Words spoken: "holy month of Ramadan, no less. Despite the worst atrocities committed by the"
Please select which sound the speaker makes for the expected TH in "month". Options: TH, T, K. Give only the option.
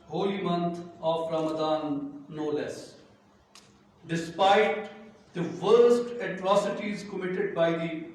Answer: T